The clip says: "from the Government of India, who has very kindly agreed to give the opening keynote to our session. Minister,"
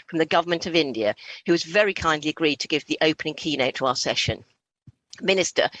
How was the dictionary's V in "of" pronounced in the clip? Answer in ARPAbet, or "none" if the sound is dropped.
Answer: V